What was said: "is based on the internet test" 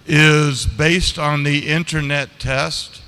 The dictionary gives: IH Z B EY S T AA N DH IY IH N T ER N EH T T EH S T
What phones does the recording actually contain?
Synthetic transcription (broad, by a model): IH Z B EY S T N DH IY IH N T ER N EH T T EH S T